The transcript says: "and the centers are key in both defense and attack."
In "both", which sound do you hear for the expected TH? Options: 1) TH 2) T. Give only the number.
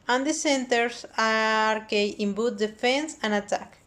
2